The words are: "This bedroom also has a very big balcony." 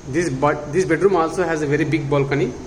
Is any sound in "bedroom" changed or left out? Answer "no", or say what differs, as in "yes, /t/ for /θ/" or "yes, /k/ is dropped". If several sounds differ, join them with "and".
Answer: no